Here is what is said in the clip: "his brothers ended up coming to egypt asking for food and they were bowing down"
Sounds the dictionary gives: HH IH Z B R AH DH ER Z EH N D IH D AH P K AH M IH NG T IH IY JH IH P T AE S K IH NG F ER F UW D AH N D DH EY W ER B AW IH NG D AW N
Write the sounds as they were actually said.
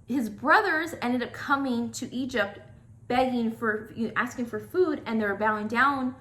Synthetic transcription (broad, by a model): HH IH Z B R AH DH ER Z EH N D IH D AH P K AH M IH NG T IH IY JH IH P T AE S K IH NG F ER F UW D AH N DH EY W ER B AW IH NG D AW N